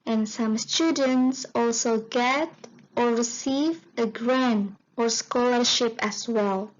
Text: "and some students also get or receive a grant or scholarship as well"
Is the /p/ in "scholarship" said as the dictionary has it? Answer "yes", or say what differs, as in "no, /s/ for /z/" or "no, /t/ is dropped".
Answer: yes